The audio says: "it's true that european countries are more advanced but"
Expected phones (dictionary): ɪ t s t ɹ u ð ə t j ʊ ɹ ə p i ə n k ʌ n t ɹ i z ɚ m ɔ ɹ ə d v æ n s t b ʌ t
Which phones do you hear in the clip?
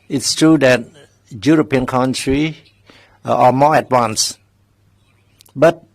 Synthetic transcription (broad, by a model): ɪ t s t ɹ u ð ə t j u ɹ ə p i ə n k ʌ n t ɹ i ɚ m ɔ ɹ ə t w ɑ n s b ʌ t